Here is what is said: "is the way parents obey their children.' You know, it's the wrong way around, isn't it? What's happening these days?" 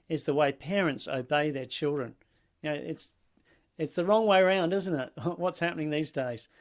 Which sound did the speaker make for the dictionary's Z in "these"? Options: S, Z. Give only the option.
Z